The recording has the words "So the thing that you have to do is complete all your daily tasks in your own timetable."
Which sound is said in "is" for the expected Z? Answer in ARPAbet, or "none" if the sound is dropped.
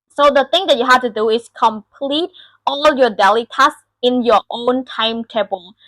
S